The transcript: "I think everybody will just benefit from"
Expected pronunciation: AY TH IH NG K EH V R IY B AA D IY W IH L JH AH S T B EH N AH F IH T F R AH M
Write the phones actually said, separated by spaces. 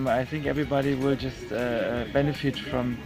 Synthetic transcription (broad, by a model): AY TH IH NG K EH V R IY B AA D IY W IH L JH AH S T B EH N AH F IH T F R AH M